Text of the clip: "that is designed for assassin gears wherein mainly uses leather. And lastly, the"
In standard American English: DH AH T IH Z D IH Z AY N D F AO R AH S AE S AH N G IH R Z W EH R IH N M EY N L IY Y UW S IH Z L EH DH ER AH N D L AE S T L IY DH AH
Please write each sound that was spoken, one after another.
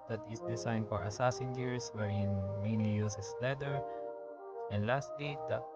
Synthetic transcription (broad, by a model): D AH T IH S D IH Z AY N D F AO R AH S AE S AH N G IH R S W EH R IH N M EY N IY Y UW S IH S L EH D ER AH N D L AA S T L IY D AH